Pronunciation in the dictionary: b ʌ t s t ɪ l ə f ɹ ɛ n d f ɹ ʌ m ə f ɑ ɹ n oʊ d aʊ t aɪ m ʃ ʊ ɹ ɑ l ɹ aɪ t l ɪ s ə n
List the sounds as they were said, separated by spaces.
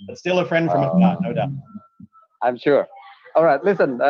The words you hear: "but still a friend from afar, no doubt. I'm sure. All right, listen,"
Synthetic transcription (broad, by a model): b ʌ t s t ɪ l ə f ɹ ɛ n d f ɹ ʌ m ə ɑ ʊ n oʊ d aʊ t aɪ m ʃ ʊ ɹ ɑ l ɹ aɪ t l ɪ s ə n